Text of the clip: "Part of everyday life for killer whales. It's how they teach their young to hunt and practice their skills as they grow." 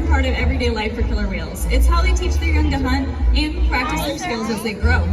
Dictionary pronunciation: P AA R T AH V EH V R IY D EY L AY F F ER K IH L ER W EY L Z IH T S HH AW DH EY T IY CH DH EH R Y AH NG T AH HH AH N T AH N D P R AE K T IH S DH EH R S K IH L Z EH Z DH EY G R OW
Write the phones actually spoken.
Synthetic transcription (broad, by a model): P AA R T AH V EH V R IY D EY L AY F F ER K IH L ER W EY L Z IH T S HH AW DH EY T IY CH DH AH R Y AH NG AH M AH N AH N P R AE K T IH S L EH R S K IH L Z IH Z DH EY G R OW